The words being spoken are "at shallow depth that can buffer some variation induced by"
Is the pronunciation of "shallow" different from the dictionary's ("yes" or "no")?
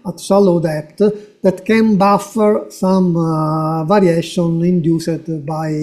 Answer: yes